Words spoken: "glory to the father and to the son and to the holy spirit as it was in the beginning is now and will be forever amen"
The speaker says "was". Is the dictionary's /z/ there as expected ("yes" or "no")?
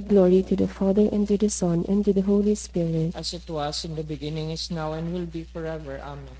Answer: no